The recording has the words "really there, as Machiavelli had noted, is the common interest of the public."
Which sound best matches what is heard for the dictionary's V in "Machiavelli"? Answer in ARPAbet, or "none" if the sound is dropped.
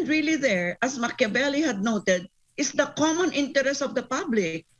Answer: B